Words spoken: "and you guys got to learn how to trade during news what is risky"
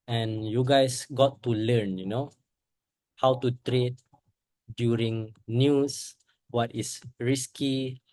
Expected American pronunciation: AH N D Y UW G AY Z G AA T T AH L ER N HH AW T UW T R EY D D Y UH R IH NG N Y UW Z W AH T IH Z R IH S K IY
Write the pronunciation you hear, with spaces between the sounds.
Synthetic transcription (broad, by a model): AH N Y UW G AY S G AA T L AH N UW N HH AW T UW T R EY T D Y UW R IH NG N Y UW S W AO T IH S R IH S K IY